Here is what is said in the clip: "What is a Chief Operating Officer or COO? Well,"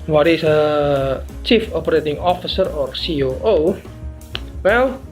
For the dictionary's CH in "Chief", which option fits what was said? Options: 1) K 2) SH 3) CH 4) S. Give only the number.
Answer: 3